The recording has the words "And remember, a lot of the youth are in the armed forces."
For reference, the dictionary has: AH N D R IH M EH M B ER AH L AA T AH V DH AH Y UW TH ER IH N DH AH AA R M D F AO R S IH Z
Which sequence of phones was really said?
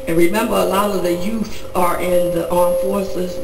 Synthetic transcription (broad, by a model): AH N R IH M EH M B ER AH L AA T AH V DH AH Y UW TH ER IH N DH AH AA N F AO R S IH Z